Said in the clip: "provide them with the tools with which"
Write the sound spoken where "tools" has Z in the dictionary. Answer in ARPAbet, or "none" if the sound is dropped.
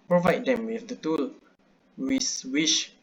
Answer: none